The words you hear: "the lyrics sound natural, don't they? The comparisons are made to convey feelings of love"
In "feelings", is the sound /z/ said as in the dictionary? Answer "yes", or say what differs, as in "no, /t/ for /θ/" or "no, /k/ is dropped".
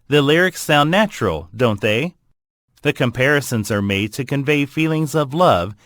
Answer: yes